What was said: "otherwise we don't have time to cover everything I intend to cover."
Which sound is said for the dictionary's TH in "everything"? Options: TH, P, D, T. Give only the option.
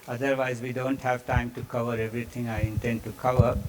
T